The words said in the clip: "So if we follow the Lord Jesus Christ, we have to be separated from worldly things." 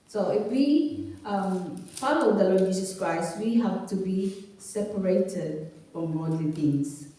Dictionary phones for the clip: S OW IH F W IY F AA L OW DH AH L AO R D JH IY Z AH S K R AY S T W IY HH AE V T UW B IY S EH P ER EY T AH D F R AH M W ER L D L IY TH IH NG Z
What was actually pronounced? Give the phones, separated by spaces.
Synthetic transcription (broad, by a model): S OW IH F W IY P AA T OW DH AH L AO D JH IY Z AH S K R AY S T W IY HH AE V T UW B IY S EH P ER EY T AH D F R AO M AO D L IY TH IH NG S